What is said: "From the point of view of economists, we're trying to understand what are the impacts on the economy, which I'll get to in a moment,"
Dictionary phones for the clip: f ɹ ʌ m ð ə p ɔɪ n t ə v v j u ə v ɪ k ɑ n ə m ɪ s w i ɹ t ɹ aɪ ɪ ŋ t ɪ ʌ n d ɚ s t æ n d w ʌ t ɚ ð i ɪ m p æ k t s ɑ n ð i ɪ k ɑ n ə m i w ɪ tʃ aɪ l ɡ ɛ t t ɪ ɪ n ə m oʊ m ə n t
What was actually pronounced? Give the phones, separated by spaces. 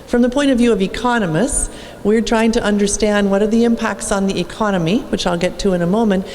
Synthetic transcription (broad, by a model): f ɹ ʌ m ð ə p ɔɪ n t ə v v j u ə v ɪ k ɑ n ə m ɪ s w i ɹ t ɹ aɪ ɪ ŋ t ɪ ʌ n d ɚ s t æ n d w ʌ t ɚ ð i ɪ m p æ k t s n ð i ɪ k ɑ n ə m i w ɪ tʃ aɪ l ɡ ɛ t t ɪ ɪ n ə m oʊ m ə n t